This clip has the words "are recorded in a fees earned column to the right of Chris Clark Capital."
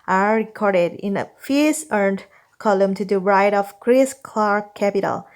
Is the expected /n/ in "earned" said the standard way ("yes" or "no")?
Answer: yes